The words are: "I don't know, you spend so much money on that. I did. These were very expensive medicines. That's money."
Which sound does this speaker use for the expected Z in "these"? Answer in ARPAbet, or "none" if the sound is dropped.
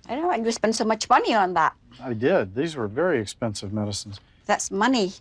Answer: Z